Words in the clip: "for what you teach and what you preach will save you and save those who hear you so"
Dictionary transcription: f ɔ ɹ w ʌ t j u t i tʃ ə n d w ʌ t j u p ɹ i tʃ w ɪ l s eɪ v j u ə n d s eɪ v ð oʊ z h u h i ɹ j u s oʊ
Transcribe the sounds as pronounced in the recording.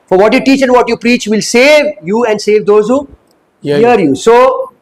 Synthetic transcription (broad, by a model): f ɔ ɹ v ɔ t j u t i tʃ ə n d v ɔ t j u p ɹ i tʃ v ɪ l s eɪ v j u ə n d s eɪ v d oʊ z h u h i ɹ j u s oʊ